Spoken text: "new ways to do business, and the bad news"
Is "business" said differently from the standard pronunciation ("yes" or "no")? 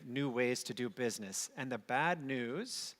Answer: no